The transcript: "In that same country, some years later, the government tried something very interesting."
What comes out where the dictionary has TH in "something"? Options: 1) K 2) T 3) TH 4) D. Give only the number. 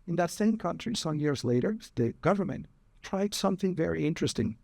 3